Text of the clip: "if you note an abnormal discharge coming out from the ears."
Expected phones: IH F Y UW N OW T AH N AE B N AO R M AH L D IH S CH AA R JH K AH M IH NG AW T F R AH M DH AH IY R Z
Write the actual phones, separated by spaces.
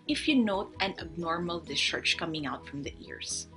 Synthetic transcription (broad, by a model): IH F Y UW N OW T AH N AE B N AO R M AH L D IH S CH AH R CH K AH M IH NG AW T F R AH M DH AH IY R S